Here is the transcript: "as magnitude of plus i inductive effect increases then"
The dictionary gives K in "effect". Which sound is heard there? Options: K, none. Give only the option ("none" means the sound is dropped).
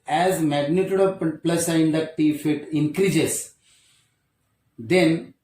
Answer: none